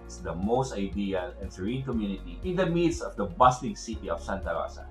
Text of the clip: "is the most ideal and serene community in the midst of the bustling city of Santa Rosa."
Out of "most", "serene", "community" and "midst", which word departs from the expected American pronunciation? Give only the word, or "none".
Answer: midst